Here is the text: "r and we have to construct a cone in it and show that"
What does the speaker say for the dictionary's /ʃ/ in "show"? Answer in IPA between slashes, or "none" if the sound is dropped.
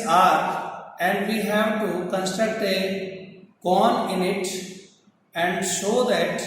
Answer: /s/